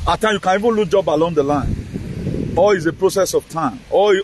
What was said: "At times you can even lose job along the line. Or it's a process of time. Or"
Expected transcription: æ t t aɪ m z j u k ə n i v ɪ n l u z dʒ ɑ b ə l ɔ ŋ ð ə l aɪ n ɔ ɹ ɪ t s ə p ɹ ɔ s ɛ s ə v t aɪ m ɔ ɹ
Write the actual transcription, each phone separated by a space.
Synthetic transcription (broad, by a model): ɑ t t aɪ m j u k ə n i v ɪ n l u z dʒ ɑ b ə l ɔ ŋ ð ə l aɪ n ɔ l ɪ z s ə p ɹ ɔ s ɛ s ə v t aɪ m ɔ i